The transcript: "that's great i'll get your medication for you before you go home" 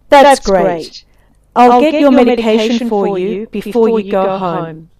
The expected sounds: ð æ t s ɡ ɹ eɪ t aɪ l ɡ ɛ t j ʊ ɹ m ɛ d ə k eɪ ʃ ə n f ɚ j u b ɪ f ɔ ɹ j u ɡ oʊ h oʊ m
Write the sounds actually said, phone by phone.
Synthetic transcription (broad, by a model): ð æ t s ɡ ɹ eɪ t aɪ l ɡ ɛ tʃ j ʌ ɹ m ɛ d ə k eɪ ʃ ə n f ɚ j u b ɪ f ɔ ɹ j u ɡ oʊ h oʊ m